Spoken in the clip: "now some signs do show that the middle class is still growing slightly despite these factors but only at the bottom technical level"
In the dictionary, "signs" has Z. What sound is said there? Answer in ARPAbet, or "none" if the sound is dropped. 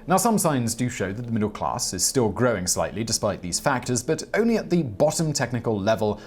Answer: Z